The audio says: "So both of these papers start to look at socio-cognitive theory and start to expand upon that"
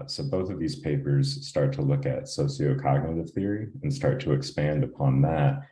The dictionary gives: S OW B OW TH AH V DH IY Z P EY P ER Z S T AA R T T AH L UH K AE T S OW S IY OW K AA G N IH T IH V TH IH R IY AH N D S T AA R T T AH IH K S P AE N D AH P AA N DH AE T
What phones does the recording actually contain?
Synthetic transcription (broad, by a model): S OW B OW TH AH V DH IY Z P EY P ER Z S T AA R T T AH L UH K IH T S OW S IY OW K AA G N IH T IH V TH IH R IY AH N S T AA R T T AH IH K S P AE N D AH P AA N DH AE T